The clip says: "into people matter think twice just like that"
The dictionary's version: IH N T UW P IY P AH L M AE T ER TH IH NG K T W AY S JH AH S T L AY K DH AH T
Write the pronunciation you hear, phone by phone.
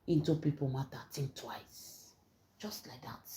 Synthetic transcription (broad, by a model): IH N T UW P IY P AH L M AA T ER T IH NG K T W AY S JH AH S T L AY K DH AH T